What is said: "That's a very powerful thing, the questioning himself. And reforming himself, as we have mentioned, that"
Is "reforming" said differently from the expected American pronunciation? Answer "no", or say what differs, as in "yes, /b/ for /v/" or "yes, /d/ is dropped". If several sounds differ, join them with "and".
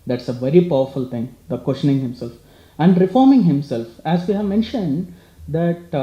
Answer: no